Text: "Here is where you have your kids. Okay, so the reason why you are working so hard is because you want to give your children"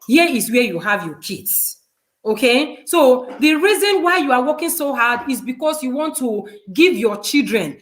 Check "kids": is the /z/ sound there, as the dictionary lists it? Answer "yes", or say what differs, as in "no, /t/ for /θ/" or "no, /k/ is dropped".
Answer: no, /s/ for /z/